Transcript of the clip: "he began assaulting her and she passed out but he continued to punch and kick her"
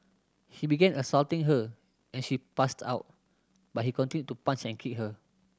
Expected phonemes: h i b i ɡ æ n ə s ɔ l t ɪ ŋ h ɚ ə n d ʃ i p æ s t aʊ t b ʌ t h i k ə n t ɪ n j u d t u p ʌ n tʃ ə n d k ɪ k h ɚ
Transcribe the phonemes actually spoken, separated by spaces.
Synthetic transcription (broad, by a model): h i b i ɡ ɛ n ə s ɔ l t ɪ ŋ h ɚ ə n ʃ i p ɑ s t aʊ t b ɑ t h i k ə n t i n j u t u p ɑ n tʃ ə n k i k h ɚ